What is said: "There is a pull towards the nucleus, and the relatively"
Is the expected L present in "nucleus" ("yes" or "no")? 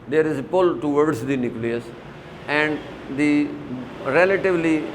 yes